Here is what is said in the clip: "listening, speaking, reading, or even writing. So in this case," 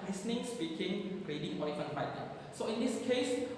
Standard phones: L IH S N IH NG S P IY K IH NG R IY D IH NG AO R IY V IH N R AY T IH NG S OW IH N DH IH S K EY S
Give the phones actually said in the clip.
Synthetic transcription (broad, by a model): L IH S N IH NG S B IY K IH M R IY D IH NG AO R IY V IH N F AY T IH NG S OW IH N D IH S K EY S